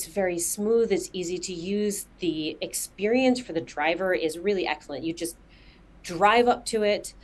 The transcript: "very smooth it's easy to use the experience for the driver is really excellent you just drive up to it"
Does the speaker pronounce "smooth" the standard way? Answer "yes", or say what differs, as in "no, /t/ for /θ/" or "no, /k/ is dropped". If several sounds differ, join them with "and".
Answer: yes